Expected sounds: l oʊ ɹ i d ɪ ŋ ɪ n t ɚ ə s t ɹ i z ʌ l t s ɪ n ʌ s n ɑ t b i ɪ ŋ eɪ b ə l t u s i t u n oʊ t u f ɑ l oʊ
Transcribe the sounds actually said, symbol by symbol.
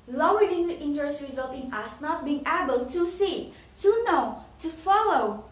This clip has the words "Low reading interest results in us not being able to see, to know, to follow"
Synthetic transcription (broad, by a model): l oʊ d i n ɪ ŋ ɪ n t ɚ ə s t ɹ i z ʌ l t ɪ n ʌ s n ɑ t b i ɪ ŋ eɪ b ə l t u s i t u n oʊ t u f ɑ l oʊ